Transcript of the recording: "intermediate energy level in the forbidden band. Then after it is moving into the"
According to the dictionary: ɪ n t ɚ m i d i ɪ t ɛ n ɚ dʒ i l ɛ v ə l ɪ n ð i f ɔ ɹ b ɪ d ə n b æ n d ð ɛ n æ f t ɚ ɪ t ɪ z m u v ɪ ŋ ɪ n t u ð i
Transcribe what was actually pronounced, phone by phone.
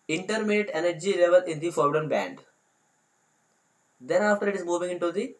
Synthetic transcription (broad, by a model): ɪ n t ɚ m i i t ɛ n ɚ dʒ i l ɛ v ə l ɪ n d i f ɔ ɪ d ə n b æ n d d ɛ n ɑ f t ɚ ɪ t ɪ z m u v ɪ ŋ ɪ n t u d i